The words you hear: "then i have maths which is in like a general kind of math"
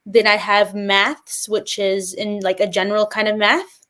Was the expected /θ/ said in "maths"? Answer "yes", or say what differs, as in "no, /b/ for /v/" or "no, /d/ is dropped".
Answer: yes